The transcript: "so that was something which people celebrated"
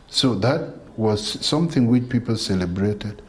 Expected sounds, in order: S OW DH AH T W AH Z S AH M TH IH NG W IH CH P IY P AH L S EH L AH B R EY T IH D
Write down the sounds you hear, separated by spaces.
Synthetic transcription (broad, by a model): S OW DH AH T W AH Z S AH M TH IH NG W IH CH P IY P AH L S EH L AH B R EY T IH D